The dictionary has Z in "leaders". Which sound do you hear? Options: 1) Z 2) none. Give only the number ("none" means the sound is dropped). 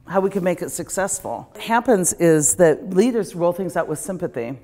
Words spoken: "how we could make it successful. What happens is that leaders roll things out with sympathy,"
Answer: 1